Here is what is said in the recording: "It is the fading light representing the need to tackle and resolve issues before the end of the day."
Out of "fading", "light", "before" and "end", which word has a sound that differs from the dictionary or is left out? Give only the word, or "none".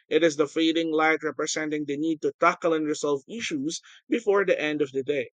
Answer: none